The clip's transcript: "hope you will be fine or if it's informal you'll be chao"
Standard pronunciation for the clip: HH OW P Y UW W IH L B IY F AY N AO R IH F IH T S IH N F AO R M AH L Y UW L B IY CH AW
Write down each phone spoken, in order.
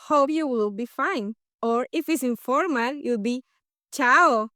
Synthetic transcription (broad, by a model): HH OW P Y UW W IH L B IY F AY N AO R IH F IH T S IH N F AO R M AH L Y UW L B IY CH AW